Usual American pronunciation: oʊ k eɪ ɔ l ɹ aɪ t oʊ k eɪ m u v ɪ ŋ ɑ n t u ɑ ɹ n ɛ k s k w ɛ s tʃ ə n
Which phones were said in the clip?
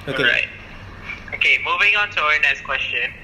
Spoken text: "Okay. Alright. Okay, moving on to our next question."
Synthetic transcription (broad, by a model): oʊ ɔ ɹ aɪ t oʊ k eɪ m u v ɪ ŋ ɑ n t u ɑ ɹ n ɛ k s k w ɛ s tʃ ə n